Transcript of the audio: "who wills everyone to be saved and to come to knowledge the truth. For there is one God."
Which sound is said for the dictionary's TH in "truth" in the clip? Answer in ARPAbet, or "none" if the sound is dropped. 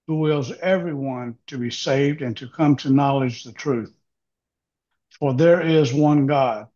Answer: TH